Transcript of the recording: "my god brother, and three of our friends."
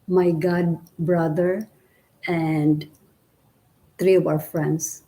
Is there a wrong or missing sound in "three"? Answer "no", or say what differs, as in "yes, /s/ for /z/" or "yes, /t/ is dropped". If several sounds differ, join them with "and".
yes, /t/ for /θ/